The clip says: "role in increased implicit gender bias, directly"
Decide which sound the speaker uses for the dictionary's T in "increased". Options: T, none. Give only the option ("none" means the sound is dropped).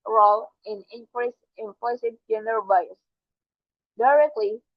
none